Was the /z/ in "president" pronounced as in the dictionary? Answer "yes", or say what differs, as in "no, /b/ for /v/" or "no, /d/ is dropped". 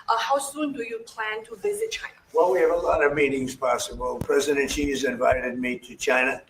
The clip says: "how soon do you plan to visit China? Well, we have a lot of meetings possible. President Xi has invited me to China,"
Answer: yes